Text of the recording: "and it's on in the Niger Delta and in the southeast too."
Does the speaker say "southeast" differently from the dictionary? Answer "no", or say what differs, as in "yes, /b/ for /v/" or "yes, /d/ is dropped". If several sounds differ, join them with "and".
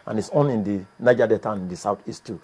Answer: yes, /t/ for /θ/